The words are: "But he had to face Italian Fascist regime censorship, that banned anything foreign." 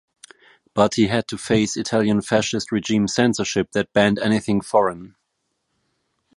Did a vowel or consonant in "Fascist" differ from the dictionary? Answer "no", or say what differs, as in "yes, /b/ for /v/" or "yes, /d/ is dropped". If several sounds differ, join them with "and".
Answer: no